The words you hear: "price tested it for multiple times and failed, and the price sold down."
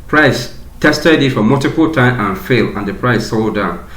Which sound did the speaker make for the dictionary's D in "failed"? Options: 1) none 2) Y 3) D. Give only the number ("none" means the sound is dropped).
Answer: 1